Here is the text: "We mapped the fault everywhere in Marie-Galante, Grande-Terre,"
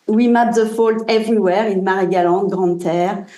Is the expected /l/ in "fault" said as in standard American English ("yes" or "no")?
yes